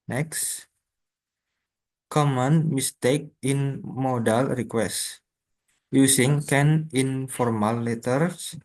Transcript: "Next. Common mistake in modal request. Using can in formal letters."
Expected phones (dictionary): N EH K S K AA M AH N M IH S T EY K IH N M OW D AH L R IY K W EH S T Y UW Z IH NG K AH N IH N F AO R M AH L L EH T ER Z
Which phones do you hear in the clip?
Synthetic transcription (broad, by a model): N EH K S K AA M AH N M IH S T EY K IH N M OW D AH L R IY K W EH S T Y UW S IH NG K AH N IH N F AO R M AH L L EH T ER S